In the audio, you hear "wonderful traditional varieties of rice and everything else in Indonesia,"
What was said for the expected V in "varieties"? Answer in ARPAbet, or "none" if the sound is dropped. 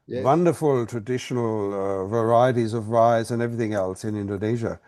V